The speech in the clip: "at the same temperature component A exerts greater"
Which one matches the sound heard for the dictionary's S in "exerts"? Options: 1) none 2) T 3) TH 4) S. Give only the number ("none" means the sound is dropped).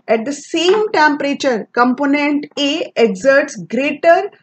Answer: 4